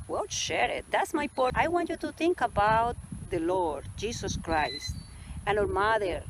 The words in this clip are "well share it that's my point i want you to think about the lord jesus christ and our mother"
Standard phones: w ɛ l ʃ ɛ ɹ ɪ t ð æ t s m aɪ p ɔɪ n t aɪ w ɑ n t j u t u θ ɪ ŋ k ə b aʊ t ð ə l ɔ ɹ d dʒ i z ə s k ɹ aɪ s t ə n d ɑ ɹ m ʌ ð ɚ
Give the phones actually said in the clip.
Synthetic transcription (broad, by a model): w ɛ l ʃ ɛ ɹ ɪ t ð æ t s m aɪ p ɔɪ t aɪ w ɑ n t j u t u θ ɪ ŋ k ə b aʊ t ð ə l ɔ ɹ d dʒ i s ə s k ɹ aɪ s t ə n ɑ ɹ m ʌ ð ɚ